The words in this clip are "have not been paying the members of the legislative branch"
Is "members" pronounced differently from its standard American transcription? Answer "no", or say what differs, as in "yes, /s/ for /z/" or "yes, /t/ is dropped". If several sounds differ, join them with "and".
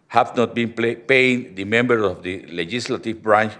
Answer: yes, /z/ is dropped